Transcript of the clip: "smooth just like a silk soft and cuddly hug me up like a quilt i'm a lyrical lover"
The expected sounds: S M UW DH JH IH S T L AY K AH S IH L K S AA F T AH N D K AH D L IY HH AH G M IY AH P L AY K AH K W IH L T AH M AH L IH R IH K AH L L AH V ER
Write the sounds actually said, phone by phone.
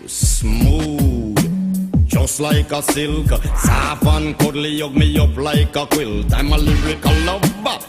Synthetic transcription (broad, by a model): S M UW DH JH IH S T L AY K AH S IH L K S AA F AH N K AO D L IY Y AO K M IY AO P L AY K AH K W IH L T AH M AH L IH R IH K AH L L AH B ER